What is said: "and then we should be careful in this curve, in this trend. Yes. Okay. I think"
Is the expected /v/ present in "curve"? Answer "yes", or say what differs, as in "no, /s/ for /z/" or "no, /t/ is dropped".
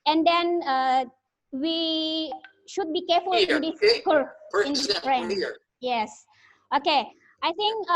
no, /p/ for /v/